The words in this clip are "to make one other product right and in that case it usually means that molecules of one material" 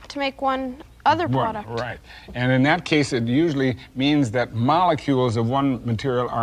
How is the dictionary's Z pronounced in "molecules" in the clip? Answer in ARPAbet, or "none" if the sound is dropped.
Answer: Z